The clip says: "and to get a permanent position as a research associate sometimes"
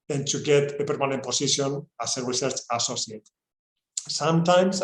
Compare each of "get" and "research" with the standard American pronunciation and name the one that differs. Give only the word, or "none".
none